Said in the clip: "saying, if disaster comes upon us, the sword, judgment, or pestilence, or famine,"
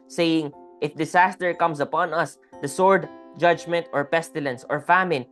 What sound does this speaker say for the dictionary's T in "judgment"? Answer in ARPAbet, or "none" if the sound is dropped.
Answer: T